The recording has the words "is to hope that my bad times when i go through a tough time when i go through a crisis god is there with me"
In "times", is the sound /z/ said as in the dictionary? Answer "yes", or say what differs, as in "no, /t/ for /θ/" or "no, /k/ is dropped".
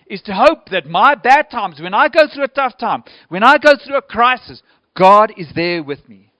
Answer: yes